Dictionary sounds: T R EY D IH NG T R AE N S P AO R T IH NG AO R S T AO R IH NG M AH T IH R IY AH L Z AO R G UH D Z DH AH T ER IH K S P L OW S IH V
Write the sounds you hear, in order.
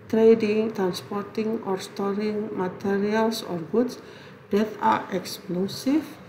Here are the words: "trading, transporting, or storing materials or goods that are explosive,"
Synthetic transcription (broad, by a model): T R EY D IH NG T R AE N S P AO R T IH NG AO R S T AO R IH NG M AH T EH R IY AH L S AO R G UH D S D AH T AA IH K S P L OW S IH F